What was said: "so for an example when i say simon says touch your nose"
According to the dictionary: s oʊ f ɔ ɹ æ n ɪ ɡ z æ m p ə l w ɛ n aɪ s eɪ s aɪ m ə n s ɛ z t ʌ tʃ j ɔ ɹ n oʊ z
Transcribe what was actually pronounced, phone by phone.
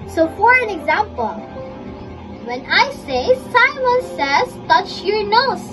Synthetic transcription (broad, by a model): s oʊ f ɔ ɹ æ n ɪ ɡ z æ m p ə l w ɛ n aɪ s eɪ s aɪ m ə n s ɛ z t ʌ tʃ j ɔ ɹ n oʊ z